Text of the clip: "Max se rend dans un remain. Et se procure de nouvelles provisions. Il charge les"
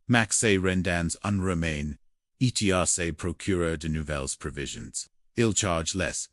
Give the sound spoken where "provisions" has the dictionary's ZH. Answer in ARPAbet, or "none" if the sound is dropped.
ZH